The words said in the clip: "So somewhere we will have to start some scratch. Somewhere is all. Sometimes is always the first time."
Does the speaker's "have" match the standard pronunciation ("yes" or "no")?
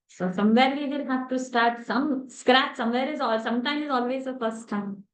no